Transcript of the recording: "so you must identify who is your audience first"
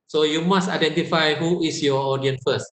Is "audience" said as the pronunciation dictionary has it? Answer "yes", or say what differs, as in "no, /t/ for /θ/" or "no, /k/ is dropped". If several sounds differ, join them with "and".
no, /s/ is dropped